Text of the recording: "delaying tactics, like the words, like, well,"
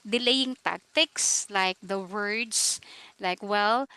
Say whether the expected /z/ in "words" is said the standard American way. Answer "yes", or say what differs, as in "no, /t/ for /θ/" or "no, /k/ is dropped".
no, /s/ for /z/